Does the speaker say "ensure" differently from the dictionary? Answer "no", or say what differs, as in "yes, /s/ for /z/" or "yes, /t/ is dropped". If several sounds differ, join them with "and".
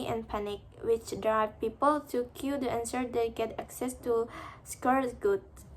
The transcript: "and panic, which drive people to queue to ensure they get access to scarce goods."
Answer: yes, /s/ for /ʃ/